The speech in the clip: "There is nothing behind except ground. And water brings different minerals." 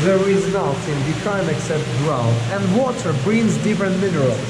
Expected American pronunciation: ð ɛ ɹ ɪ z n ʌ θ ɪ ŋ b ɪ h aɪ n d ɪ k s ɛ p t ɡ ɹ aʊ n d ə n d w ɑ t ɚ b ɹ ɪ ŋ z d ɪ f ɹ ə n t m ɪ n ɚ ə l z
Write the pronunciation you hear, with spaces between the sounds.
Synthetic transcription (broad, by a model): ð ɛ ɹ ɪ z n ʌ t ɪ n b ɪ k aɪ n ɪ k s ɛ p t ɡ ɹ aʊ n ə n d w ɑ t ɚ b ɹ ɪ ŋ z d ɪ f ɹ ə n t m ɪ n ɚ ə l